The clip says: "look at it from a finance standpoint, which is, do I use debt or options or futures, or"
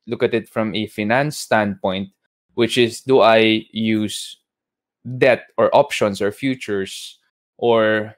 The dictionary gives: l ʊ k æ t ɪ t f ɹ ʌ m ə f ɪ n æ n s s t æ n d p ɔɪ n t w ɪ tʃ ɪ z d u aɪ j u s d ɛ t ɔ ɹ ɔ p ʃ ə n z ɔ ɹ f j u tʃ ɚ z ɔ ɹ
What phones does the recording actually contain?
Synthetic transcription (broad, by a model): l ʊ k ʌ t ɪ t f ɹ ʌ m ə f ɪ n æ n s s t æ n d p ɔɪ n t w ɪ tʃ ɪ s d u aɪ j u s d ɛ t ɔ ɹ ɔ p ʃ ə n s ɔ ɹ f j u tʃ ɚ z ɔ ɹ